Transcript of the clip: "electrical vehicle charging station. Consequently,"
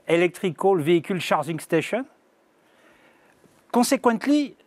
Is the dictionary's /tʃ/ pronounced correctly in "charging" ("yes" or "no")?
no